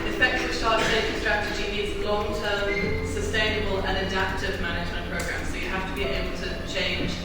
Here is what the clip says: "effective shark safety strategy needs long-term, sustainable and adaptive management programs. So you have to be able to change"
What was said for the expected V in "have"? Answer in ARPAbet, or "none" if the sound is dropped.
F